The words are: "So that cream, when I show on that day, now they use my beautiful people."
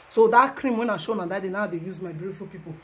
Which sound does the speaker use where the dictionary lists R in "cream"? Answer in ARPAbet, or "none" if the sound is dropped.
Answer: R